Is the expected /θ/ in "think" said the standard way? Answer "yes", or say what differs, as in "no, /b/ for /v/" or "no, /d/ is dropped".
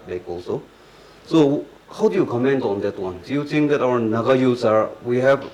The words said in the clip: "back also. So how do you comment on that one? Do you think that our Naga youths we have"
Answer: no, /t/ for /θ/